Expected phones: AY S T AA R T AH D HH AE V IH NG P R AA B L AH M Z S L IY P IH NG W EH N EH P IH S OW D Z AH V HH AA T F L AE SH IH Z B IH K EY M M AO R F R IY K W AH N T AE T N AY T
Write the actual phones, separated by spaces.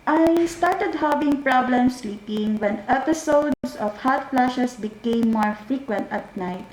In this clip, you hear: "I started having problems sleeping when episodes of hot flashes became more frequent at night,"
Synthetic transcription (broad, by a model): AY S T AA R T AH D HH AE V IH NG P R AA B L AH M S L IY P IH NG W EH N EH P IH S OW D S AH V HH AA T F L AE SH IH S B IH K EY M M AO R F R IY K W AH N T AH T N AY T